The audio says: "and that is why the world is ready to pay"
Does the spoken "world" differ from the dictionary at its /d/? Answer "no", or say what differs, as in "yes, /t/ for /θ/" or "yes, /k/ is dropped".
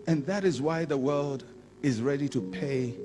no